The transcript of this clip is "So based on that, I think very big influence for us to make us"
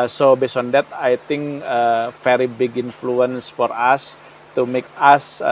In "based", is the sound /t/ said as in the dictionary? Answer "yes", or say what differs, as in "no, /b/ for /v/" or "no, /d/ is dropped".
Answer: no, /t/ is dropped